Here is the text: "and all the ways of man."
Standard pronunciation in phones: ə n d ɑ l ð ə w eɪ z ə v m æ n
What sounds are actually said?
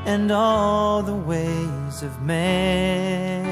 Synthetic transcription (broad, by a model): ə n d ɑ l ð ə w eɪ z ə v m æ